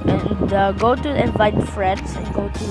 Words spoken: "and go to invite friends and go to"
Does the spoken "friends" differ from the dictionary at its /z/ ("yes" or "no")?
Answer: yes